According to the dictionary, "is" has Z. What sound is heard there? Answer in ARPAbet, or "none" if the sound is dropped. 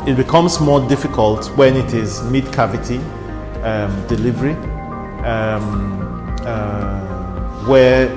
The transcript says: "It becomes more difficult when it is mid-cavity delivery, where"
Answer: Z